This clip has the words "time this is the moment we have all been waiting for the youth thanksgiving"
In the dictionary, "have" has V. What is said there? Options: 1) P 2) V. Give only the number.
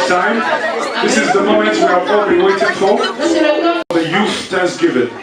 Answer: 1